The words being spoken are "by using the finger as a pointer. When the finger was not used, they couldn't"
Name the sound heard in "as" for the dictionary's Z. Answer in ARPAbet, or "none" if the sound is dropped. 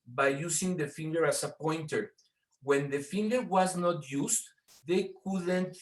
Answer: S